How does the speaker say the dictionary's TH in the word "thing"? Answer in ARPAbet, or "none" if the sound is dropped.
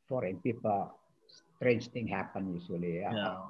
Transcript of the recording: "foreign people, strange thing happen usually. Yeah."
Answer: T